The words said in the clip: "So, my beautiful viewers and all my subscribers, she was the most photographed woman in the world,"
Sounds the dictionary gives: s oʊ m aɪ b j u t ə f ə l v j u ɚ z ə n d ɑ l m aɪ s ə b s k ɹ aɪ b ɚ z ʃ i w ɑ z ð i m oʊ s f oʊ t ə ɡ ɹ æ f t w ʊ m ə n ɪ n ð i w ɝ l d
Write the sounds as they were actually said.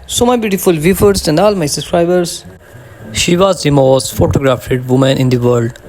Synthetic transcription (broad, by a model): s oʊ m aɪ b j u t ə f ə l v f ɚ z ə n d ɑ l m aɪ s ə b s k ɹ aɪ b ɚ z ʃ i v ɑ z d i m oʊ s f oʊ t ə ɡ ɹ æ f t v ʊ m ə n ɪ n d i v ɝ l d